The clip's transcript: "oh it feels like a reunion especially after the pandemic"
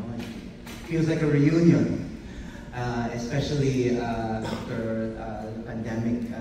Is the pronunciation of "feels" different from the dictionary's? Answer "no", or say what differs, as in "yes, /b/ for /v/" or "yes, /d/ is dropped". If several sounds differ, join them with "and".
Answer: yes, /l/ is dropped